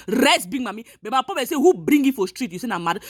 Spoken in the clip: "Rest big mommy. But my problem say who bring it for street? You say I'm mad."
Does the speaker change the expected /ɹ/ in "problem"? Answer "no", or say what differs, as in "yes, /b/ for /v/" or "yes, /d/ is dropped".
yes, /ɹ/ is dropped